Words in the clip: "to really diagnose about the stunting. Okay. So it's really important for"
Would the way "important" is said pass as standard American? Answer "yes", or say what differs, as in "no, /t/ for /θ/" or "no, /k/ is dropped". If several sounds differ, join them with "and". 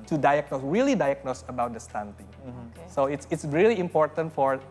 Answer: yes